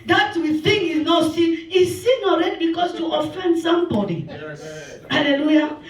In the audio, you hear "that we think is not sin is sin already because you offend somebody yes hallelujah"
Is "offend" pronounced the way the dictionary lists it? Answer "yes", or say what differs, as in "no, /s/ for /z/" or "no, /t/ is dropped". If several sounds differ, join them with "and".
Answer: yes